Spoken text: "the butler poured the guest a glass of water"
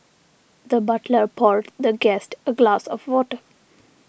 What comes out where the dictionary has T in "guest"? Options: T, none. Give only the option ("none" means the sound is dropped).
T